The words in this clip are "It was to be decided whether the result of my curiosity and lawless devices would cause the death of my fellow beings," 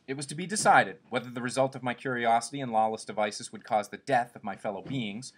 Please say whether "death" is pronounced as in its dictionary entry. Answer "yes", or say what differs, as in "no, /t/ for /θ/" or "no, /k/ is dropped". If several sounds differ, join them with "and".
yes